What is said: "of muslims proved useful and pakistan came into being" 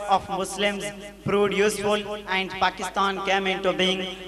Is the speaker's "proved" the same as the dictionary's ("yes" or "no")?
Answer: no